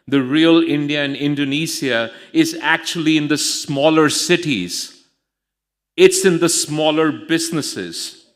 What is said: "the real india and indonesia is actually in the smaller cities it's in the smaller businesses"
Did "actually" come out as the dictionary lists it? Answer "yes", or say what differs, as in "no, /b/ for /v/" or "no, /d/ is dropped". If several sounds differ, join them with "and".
yes